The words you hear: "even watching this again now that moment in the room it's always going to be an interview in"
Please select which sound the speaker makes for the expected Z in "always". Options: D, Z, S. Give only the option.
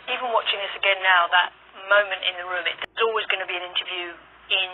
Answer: Z